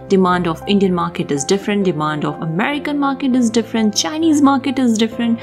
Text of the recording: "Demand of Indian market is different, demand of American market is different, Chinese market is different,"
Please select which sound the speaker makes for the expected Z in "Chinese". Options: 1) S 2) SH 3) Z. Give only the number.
3